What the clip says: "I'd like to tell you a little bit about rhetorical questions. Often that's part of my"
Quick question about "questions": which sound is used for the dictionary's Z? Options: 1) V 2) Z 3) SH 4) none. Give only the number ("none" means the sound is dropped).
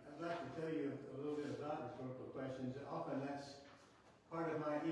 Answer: 2